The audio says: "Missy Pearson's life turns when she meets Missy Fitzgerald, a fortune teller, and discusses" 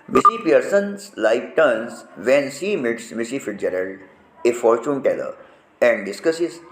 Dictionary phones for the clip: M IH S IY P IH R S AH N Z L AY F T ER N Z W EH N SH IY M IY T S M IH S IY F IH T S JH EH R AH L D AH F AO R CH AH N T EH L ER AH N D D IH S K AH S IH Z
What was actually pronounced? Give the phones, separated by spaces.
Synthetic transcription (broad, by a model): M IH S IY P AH R S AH N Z L AY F T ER N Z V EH N S IY M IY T S M IH S IY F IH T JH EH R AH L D AH F AO R CH AH N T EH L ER AH N D D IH S K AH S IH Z